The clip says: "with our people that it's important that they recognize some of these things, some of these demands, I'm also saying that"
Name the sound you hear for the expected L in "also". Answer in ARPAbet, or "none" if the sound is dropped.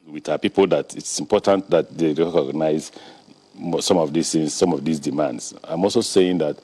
L